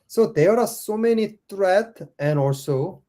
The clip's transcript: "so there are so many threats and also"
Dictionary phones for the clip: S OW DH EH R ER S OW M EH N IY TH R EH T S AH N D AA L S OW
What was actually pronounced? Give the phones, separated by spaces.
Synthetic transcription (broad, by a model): S OW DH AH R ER S OW M EH N IY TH R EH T AH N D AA L S OW